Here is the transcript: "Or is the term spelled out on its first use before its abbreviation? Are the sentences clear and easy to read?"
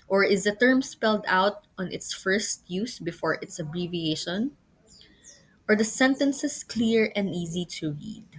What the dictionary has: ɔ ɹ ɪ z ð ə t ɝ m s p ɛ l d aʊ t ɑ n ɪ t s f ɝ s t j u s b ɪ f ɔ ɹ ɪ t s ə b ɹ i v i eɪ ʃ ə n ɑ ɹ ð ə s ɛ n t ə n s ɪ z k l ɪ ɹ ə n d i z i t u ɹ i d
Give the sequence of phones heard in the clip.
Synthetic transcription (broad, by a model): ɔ ɹ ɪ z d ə t ɝ m s p ɛ l d aʊ t ɑ n ɪ t s f ɝ s t j u s b ɪ f ɔ ɹ ɪ t s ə b ɹ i v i eɪ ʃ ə n ɑ ɹ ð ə s ɛ n t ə n s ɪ s k l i ɹ ə n d i z i t u ɹ i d